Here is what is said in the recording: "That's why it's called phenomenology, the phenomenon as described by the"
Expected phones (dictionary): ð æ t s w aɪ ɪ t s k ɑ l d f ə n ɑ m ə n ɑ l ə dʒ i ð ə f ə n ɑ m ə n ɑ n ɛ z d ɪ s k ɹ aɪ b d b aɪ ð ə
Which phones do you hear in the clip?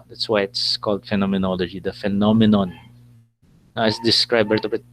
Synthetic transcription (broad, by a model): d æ t s w aɪ ɪ t s k ɑ l d f ə n ɑ m ə n ɑ l ə dʒ i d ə f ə n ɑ m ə n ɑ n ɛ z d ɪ s k ɹ aɪ b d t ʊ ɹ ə